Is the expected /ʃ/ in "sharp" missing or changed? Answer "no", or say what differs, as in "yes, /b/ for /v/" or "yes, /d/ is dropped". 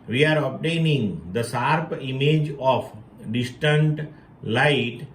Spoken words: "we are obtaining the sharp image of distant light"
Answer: yes, /s/ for /ʃ/